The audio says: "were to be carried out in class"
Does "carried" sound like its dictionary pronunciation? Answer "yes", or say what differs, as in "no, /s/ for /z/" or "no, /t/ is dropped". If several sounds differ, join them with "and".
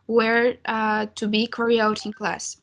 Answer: no, /d/ is dropped